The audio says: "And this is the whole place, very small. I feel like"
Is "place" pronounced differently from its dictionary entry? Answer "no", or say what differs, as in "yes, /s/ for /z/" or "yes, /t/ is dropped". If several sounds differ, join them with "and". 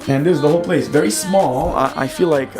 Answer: no